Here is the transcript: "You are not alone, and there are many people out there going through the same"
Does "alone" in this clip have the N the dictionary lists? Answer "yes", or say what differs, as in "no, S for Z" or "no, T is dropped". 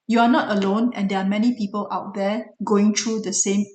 yes